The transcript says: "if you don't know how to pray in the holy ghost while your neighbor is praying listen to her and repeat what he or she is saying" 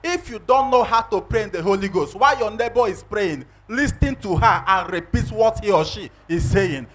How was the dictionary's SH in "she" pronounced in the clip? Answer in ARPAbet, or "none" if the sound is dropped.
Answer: SH